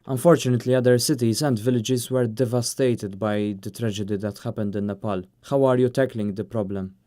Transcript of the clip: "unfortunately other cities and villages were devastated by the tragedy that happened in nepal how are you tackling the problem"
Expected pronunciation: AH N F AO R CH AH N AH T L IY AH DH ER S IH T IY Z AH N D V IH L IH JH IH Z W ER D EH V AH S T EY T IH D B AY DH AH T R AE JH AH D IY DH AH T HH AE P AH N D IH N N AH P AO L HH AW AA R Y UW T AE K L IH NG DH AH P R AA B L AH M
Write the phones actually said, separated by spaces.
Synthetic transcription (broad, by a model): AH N F AO R CH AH N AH T L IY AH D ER S IH T IY Z AH N D V IH L IH JH IH Z W ER D EH V AH S T EY T IH D B AY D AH T R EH JH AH D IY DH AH T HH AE P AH N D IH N N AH P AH L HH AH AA R Y UW T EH K L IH NG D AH P R AA B L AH M